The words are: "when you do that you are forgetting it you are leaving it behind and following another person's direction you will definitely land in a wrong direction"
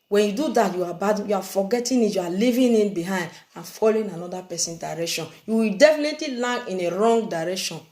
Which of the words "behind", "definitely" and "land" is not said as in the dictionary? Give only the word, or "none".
land